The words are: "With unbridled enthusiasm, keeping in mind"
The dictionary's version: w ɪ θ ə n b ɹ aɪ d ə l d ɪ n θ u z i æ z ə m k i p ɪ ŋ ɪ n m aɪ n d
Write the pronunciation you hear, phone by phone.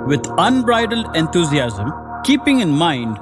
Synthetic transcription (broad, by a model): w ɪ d ə n b ɹ aɪ d ə l d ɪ n t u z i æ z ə m k i p ɪ ŋ ɪ n m aɪ n d